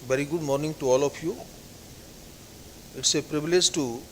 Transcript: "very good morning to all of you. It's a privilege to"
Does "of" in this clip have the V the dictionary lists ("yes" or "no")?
no